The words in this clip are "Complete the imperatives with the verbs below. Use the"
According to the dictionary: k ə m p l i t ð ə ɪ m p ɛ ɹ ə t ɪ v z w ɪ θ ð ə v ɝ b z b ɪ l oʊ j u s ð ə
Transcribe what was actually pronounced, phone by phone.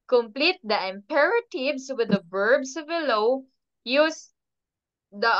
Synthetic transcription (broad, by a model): k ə m p l i t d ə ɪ m p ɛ ɹ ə t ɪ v s w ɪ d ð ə b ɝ b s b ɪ l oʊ j u s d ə